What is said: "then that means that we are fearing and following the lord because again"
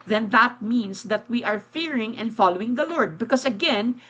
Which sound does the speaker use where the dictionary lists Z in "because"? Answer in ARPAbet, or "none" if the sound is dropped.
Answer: S